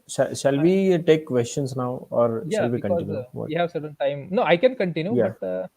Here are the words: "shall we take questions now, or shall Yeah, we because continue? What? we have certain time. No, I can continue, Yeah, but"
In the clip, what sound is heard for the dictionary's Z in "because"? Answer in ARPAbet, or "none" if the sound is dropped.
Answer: none